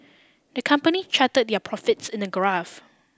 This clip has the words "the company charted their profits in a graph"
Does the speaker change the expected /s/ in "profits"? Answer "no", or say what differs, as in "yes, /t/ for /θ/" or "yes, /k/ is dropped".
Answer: no